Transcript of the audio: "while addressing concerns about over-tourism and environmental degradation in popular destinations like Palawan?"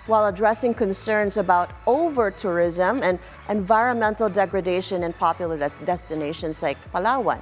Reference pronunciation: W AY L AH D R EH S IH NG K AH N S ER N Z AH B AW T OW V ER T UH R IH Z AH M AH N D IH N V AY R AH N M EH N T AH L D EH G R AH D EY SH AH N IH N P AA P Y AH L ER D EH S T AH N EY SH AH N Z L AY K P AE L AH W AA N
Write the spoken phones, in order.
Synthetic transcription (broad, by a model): W AY L AH D R EH S IH NG K AH N S ER N Z AH B AW T OW V ER T UH R IH Z AH M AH N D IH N V AY R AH N M EH N T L D EH G R AH D EY SH AH N IH N P AA P Y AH L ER D EH S T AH N EY SH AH N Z L AY K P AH L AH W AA N